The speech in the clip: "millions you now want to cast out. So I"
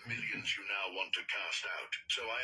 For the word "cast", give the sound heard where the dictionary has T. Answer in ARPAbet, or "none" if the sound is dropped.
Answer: T